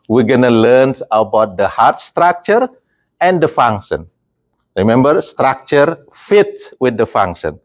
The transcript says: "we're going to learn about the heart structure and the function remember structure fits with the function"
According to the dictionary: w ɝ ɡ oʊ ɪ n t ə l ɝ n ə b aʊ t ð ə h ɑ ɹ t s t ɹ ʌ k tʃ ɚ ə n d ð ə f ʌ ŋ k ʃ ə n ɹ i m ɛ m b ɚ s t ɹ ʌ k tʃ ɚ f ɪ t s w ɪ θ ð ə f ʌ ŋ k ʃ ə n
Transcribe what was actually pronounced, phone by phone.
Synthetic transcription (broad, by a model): w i ɡ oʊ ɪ n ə l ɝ n ə b aʊ t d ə h ɑ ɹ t s t ɹ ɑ k tʃ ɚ ə n d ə f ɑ ŋ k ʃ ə n ɹ i m ɛ m b ɚ s t ɹ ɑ k tʃ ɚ f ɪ t w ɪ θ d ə f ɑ ŋ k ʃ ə n